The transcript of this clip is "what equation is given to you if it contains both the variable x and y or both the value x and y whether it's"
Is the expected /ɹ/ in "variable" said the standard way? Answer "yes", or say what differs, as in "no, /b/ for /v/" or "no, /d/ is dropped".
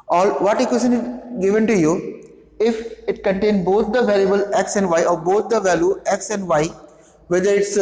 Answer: no, /l/ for /ɹ/